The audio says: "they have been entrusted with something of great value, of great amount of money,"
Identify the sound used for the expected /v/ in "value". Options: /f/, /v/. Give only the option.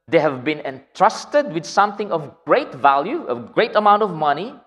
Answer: /v/